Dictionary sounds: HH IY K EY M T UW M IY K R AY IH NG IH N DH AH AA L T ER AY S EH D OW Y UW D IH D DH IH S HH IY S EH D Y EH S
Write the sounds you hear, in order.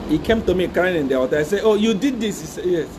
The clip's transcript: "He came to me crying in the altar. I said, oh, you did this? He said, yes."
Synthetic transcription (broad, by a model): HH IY K EY M T UW M IY K R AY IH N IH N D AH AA T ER AY S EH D OW Y UW D IH D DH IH S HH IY S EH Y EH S